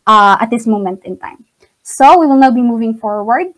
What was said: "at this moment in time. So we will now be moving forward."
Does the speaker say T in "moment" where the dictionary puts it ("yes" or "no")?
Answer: yes